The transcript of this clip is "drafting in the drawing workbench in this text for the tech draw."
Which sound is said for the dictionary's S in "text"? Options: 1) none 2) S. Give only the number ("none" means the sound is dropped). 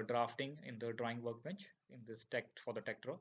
1